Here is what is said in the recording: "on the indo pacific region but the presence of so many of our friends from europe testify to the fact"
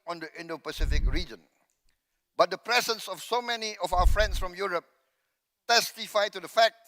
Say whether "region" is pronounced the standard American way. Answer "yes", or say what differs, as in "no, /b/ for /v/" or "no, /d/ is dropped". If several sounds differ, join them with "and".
yes